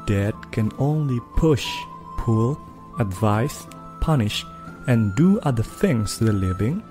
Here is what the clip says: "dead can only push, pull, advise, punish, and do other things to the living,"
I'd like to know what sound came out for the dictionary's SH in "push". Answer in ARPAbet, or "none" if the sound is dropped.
SH